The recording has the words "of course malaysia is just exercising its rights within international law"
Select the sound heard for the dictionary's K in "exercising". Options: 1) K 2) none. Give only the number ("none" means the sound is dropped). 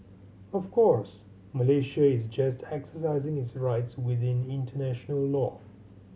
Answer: 1